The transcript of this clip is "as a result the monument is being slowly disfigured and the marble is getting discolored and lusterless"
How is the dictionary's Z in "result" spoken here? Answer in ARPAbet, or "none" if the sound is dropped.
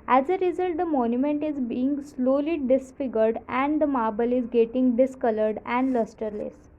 Z